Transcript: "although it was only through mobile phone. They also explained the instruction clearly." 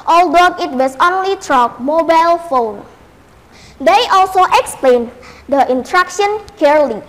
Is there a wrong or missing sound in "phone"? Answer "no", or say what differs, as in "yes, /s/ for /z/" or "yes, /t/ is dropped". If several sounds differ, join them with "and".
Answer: no